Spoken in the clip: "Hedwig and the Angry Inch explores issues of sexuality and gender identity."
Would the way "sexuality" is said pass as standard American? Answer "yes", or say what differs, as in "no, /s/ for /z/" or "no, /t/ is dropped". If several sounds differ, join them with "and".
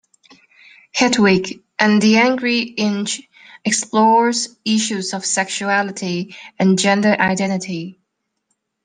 yes